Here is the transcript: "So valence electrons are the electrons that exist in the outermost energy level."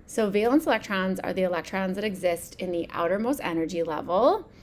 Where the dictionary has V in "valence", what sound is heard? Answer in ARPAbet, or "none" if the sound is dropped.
V